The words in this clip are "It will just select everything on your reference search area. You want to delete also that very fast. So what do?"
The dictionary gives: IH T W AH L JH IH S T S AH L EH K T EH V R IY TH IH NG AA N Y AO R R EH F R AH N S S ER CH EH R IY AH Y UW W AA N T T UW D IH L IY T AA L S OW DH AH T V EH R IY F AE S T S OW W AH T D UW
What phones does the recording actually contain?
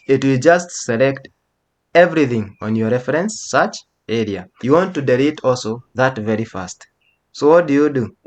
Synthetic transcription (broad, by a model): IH T W AH L JH IH S T S AH L EH K T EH V R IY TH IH NG AA N Y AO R R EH F R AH N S S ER CH EH R IY AH Y UW W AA N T T UW D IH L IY T AA L S OW DH AH T V EH R IY F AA S T S OW W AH T D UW